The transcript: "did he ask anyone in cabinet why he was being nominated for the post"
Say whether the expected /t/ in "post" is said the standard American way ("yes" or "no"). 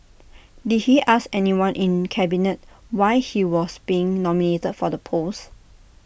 no